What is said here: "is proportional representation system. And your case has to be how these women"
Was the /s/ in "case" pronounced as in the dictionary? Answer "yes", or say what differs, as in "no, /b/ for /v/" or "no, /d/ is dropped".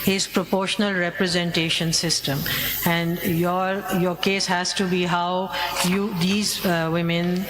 yes